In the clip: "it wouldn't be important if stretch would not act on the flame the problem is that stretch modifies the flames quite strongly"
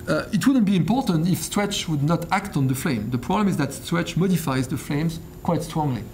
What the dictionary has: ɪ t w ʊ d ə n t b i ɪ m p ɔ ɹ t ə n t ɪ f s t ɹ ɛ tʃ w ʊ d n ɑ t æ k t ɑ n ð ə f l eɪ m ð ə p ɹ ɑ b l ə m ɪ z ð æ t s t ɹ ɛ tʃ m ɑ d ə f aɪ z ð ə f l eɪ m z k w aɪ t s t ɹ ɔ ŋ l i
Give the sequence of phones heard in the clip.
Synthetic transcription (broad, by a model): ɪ t w ʊ d ə n t b i ɪ m p ɔ ɹ t ə n t ɪ f s t ɹ ɛ tʃ w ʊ d n ɑ t æ k t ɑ n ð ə f l eɪ m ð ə p ɹ ɑ b l ə m ɪ z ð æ t s t ɹ ɛ tʃ m ɑ d ə f aɪ z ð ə f l eɪ m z k w aɪ t s t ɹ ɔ ŋ l i